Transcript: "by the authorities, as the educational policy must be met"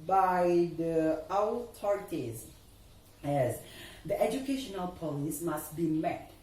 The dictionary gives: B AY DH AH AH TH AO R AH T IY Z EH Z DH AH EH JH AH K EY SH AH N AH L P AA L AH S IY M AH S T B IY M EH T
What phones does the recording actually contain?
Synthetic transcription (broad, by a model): B AY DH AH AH T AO R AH T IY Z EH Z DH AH EH JH AH K EY SH AH N AH L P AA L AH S M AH S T B IY M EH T